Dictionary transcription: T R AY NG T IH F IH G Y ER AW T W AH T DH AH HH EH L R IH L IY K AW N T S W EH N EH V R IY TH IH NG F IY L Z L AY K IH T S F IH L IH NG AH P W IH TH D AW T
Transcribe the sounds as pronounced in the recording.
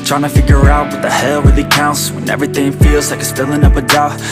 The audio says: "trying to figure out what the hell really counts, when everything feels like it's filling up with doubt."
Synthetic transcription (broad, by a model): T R AY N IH F IH G Y ER AW T W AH DH AH HH EH L W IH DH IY K AW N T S W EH N EH V R IY TH IH NG F IY L Z L AY K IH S P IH L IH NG AH P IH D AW